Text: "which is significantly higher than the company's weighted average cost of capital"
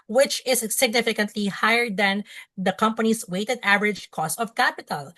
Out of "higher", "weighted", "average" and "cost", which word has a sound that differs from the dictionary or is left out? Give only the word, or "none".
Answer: none